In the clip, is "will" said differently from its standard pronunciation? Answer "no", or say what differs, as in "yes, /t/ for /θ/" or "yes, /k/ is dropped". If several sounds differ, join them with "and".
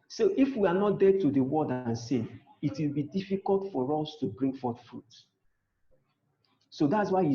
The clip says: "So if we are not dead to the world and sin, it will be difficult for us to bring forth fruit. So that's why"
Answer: no